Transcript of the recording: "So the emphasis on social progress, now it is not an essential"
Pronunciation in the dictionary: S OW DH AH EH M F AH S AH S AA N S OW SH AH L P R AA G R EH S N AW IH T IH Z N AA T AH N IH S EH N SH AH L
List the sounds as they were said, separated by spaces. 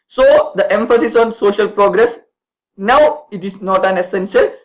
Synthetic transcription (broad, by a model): S OW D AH EH M F AH S AH S AA N S OW SH AH L P R AA G R EH S N AW IH T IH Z N AA T AH N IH S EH N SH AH L